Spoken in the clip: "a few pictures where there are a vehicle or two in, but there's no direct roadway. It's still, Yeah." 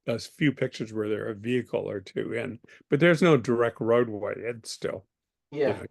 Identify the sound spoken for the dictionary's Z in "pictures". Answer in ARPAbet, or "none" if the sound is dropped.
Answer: Z